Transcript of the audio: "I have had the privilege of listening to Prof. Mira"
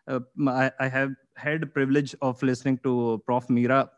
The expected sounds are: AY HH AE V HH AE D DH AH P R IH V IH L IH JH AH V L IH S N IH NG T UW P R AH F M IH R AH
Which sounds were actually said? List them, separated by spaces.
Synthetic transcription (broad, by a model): AY HH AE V HH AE D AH P R IH V IH L IH JH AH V L IH S N IH NG T UW P R AH F M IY R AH